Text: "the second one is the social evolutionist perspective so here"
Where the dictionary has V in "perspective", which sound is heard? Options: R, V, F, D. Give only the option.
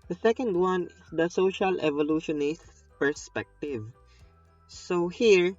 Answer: V